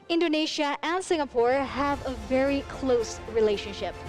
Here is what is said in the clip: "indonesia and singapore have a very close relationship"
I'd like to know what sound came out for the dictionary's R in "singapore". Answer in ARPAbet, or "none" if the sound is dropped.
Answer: R